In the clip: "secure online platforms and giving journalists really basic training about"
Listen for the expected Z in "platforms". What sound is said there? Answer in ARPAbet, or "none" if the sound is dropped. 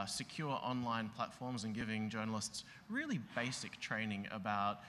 Z